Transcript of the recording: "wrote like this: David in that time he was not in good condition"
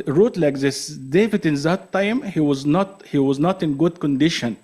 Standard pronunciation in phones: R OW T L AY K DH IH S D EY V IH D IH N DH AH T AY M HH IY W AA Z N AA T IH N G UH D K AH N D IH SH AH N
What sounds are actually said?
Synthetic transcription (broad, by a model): R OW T L AY K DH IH S D EY V IH D IH N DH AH T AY M HH IY W AA Z N AA T IH N G UH D K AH N D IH SH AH N